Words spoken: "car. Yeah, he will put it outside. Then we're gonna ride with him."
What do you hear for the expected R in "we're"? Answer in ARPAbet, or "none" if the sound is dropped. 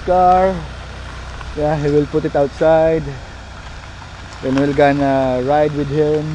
L